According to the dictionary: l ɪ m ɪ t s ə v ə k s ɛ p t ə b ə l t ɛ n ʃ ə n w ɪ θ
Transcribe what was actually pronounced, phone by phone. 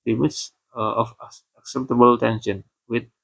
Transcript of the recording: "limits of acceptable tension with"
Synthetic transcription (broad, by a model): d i m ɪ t s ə f ə k s ɛ p t ə b ə l t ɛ n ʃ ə n w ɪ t